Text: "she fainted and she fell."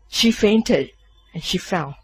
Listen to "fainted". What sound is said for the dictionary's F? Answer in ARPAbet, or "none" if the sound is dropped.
F